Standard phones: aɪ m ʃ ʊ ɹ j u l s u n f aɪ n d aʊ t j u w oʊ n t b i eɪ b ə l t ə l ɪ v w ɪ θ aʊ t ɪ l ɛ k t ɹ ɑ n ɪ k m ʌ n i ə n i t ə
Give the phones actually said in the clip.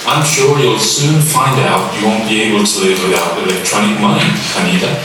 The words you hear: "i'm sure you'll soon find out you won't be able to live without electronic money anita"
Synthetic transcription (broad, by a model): aɪ m ʃ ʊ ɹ j u l s u n f aɪ n d aʊ t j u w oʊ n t b i eɪ b ə l t ə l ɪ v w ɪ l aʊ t ɪ l ɛ k t ɹ ɑ n ɪ k m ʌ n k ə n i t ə